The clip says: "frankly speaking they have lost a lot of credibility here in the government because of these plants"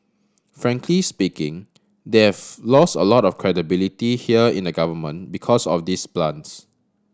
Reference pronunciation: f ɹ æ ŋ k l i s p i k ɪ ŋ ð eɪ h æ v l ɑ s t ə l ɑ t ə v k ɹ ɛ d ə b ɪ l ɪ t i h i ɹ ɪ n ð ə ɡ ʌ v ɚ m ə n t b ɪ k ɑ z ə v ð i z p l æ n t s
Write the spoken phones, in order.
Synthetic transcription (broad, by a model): f ɹ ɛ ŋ k l i s p i k ɪ ŋ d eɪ h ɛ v l ɑ s t ə l ɑ t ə f k ɹ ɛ d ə b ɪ l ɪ t i h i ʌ ɪ n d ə ɡ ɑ v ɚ m ə n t b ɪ k ɑ s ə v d i s p l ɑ n s